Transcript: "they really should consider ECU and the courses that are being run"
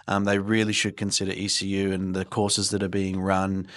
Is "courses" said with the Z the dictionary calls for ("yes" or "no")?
yes